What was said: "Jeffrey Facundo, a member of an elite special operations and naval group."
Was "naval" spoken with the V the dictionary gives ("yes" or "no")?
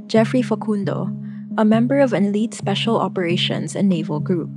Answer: yes